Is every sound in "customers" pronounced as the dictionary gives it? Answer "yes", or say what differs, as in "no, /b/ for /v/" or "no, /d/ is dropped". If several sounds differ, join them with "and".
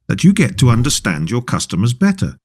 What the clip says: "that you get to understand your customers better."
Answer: yes